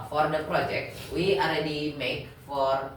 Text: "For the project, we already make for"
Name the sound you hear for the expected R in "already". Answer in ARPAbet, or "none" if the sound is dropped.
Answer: R